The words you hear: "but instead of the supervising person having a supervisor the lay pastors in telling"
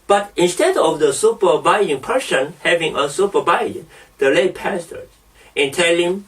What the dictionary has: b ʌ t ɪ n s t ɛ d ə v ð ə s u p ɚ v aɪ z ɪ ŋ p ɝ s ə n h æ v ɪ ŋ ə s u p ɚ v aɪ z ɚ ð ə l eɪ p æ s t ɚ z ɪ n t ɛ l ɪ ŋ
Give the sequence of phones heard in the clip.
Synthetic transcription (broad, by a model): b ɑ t ɪ n s t ɛ d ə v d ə s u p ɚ b aɪ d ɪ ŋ p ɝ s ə n h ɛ v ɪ ŋ ə s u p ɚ b aɪ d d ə l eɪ p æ s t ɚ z ɪ n t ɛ l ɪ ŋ